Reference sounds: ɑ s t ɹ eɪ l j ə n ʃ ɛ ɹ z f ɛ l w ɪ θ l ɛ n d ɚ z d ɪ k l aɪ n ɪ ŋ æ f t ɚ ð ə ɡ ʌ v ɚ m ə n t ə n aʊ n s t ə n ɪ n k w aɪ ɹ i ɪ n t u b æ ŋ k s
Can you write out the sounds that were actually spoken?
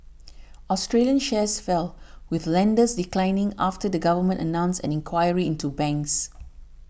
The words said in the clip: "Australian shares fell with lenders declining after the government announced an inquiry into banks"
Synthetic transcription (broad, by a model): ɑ s t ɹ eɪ l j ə n ʃ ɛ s f ɛ l w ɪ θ l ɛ n d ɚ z d ɪ k l aɪ n ɪ ŋ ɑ f t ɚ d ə ɡ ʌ v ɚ m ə n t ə n aʊ n s ə n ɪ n k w aɪ ɹ i ɪ n t u b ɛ ŋ k s